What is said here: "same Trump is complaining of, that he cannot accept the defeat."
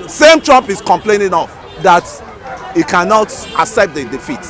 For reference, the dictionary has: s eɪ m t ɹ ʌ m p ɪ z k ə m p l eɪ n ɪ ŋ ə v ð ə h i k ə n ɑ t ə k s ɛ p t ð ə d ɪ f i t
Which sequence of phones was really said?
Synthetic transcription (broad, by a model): s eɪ m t ɹ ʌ m p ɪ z k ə m p l eɪ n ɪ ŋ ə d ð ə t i k ə n ɑ t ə s ɛ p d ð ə d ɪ f i t